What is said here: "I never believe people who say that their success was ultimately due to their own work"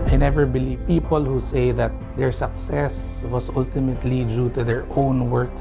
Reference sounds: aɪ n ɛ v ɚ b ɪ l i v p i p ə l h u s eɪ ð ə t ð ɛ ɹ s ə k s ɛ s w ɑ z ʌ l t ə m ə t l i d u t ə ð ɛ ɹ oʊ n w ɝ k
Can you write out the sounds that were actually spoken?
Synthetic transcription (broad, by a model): aɪ n ɛ v ɚ b ɪ l i v p i p ə l h u s eɪ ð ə t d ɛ ɹ s ə k s ɛ s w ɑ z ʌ l t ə m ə t l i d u t ə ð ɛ ɹ oʊ n w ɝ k